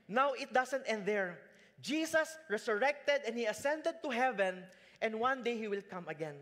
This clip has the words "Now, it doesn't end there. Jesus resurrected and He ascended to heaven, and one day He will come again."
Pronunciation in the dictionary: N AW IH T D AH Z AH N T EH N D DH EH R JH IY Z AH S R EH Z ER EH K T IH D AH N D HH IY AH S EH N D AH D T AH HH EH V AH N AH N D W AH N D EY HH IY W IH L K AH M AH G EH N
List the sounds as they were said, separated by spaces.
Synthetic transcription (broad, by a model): N AW IH T D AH S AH N T EH N D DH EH R JH IY S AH S R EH S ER EH K T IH D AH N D HH IY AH S EH N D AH D T AH HH EH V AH N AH N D W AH N D EY HH IY W IH L K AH M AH G EH N